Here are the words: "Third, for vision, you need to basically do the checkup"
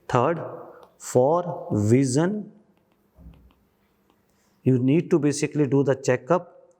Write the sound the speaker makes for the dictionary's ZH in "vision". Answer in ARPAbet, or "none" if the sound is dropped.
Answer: Z